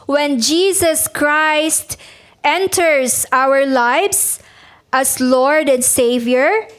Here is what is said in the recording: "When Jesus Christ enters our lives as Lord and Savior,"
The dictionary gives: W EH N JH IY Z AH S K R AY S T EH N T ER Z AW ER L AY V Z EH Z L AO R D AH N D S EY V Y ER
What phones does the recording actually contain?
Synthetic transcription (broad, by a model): W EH N JH IY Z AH S K R AY S T EH N T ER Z AW ER L AY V S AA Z L AO R D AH N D S EY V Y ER